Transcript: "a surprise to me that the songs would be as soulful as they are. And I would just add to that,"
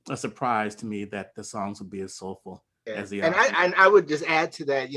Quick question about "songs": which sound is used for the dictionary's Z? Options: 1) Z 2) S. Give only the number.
1